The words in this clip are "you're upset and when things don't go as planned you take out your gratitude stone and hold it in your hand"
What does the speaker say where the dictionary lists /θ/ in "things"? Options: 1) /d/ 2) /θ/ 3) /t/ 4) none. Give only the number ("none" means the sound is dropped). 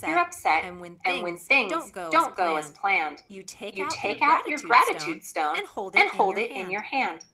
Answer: 2